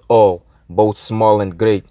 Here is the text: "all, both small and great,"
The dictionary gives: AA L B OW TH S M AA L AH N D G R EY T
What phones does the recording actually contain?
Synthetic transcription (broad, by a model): AA L B OW TH S M AA L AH N G R EY T